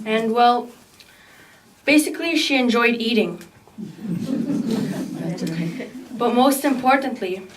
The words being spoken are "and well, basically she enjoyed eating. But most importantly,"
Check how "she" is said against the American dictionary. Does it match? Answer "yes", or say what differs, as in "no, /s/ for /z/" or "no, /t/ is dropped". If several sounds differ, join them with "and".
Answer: yes